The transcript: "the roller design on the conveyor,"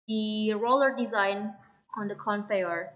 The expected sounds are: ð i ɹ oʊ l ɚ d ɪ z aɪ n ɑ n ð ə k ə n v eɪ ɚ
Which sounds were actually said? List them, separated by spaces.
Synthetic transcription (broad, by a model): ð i ɹ oʊ l ɚ d ɪ z aɪ n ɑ n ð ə k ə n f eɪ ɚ